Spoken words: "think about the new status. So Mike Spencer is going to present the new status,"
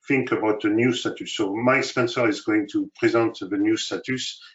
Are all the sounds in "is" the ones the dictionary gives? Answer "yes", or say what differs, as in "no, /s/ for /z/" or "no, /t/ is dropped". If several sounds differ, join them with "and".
yes